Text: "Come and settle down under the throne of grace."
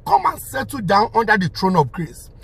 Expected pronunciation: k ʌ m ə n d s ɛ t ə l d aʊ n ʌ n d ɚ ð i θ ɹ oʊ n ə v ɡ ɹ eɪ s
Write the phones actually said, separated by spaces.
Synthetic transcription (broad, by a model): k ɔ m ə n s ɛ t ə d aʊ n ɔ n d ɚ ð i t ɹ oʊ n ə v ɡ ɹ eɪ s